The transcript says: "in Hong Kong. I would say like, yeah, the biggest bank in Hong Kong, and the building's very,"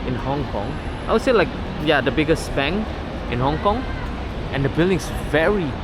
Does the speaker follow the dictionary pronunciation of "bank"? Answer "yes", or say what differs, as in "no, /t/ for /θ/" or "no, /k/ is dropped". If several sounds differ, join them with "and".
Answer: no, /k/ is dropped